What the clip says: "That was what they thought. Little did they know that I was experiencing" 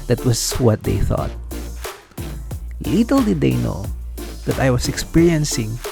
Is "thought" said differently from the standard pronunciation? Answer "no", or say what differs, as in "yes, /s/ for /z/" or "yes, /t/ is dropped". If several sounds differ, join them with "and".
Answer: no